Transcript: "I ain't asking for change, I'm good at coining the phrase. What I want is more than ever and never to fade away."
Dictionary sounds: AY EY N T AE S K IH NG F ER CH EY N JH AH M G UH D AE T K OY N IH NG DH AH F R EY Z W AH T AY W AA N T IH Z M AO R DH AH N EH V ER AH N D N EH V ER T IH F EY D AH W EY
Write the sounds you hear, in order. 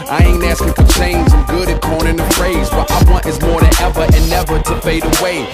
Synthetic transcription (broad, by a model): AY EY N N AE S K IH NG F ER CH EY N Z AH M G UH D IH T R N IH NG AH F R EY Z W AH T AY W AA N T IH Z M AO R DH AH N EH V ER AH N N EH V ER T IH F EY D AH W EY